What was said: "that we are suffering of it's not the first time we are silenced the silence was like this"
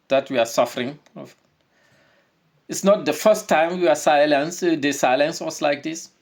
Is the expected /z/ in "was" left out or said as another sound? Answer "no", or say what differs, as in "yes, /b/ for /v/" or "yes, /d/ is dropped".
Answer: yes, /s/ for /z/